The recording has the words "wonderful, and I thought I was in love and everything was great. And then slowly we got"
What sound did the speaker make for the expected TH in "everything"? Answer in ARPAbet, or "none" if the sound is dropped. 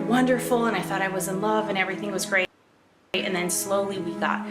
TH